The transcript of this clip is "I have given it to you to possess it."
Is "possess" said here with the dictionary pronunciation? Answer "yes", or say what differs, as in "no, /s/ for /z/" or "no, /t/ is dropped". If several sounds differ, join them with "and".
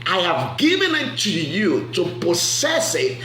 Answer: no, /s/ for /z/